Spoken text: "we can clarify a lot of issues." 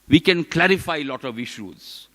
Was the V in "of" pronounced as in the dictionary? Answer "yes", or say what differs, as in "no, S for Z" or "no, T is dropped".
yes